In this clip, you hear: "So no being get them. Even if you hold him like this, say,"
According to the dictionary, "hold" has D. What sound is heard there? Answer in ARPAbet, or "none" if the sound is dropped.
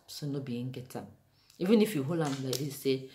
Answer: none